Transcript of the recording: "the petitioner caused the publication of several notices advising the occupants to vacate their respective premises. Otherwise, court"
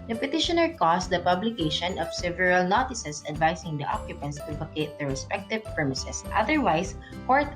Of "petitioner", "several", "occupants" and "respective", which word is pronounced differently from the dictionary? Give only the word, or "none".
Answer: none